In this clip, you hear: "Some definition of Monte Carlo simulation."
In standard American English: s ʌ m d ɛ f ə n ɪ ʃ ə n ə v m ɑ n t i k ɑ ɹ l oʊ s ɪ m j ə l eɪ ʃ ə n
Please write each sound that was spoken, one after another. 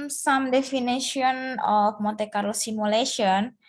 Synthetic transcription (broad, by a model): s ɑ m d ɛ f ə n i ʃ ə n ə f m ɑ t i k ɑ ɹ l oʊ s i m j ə l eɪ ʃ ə n